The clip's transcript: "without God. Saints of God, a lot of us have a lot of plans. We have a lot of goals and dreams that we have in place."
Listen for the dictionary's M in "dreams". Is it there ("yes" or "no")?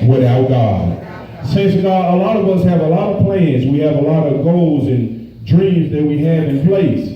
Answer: yes